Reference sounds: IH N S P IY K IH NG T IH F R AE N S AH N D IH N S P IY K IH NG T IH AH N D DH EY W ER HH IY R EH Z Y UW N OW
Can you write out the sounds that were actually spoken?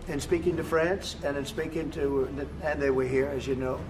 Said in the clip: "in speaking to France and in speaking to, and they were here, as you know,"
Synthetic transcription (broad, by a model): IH N S P IY K IH NG T IH F R AE N S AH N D IH N S P IY K IH NG T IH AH N DH EY W ER HH IY R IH Z Y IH N OW